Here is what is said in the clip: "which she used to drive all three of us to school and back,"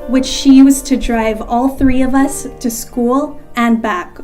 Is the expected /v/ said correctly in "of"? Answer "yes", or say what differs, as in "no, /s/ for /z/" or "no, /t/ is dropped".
yes